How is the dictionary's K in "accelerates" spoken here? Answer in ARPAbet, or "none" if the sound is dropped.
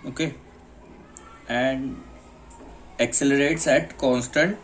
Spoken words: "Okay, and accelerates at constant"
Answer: K